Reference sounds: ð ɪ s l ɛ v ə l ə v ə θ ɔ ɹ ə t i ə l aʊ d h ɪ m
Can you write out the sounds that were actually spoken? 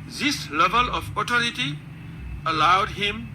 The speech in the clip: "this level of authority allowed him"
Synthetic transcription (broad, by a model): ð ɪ s l ɛ v ə l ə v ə t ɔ ɹ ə t i ə l aʊ d h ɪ m